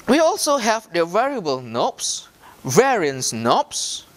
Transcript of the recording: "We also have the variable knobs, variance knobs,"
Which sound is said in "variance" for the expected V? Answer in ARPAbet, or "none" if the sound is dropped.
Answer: V